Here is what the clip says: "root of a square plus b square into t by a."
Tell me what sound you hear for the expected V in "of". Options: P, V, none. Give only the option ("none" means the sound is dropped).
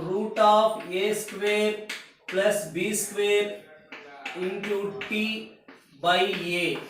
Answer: P